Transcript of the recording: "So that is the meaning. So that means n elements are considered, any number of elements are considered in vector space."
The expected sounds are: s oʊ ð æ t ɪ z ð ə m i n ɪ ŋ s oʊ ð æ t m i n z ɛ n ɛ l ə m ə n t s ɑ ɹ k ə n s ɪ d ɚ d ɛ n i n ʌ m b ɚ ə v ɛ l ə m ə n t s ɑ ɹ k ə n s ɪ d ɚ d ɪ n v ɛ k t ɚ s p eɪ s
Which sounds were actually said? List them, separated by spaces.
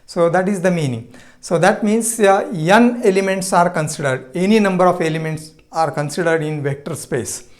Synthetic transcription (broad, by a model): s oʊ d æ t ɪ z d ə m i n ɪ ŋ s oʊ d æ t m i n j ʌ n ɛ l ə m ə n t s ɑ ɹ k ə n s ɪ d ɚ d ɛ n i n ʌ m b ɚ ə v ɛ l ə m ə n t s ɑ ɹ k ə n s ɪ d ɚ d ɪ n v ɛ k t ɚ s p eɪ s